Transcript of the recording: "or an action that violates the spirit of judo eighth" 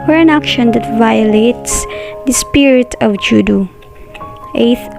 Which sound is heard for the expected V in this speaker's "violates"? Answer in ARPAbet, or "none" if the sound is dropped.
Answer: V